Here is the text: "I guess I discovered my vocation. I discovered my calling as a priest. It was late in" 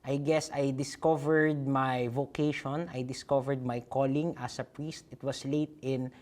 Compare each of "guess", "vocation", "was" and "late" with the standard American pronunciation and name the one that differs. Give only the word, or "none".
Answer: was